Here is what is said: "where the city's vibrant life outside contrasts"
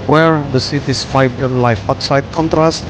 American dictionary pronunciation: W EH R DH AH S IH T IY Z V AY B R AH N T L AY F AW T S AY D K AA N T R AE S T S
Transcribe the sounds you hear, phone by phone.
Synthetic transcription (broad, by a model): W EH R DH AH S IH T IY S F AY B AH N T L AY F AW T S AY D K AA N T R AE S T